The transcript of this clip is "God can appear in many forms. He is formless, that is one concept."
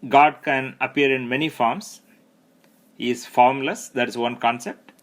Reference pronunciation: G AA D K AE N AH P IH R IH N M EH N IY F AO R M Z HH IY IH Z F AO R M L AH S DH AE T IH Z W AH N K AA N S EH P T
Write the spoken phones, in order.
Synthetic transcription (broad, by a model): G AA D K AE N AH P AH R IH N M EH N IY F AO R M S HH IY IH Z F AO R M L AH S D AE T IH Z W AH N K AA N S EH P T